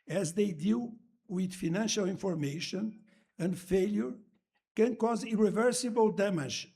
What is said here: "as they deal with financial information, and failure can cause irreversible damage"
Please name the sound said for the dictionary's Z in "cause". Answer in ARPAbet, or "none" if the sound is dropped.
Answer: Z